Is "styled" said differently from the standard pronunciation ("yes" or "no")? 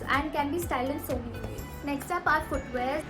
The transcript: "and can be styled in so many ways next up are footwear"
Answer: yes